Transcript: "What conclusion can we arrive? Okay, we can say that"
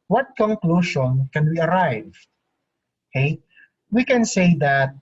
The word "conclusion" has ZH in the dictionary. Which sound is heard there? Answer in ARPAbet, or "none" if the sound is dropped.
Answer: SH